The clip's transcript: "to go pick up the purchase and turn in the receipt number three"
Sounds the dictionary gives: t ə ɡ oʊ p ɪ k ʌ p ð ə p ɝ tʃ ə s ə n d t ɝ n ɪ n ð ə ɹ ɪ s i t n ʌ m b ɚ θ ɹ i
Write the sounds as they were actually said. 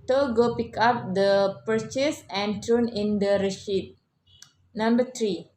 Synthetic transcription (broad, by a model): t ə ɡ oʊ p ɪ k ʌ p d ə p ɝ tʃ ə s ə n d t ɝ n ɪ n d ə ɹ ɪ ʃ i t n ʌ m b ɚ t ɹ i